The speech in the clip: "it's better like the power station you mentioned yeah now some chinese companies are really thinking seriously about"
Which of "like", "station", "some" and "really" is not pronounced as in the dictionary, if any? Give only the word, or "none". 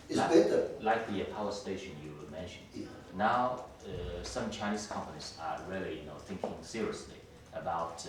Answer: really